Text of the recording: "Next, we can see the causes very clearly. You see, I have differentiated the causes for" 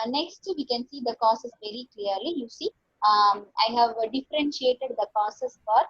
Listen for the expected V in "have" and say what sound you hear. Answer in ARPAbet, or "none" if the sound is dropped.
V